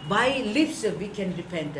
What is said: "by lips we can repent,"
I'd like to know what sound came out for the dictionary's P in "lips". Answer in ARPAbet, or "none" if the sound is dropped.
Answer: F